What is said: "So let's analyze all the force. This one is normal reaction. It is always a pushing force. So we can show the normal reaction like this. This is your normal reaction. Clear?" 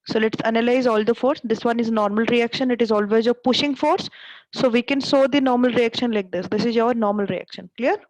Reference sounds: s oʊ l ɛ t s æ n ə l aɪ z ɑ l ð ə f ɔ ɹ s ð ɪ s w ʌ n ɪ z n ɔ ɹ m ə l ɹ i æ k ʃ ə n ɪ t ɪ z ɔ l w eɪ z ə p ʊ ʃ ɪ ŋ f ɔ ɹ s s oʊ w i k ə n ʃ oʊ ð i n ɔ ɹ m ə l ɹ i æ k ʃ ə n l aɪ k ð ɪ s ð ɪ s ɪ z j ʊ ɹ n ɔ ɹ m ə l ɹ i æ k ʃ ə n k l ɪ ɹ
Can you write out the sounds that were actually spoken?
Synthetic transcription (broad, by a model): s oʊ l ɛ t s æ n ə l aɪ z ɑ l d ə f ɔ ɹ s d ɪ s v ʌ n ɪ z n ɔ ɹ m ə l ɹ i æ k ʃ ə n ɪ t ɪ z ɔ l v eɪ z ə p ʊ ʃ ɪ ŋ f ɔ ɹ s s oʊ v i k ə n s oʊ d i n ɔ ɹ m ə l ɹ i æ k ʃ ə n l aɪ k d ɪ s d ɪ s ɪ z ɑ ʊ ɹ n ɔ ɹ m ə l ɹ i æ k ʃ ə n k l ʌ ɹ